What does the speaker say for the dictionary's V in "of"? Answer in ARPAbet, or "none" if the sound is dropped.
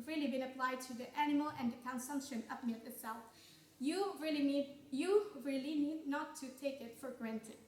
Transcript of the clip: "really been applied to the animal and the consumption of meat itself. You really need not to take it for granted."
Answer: P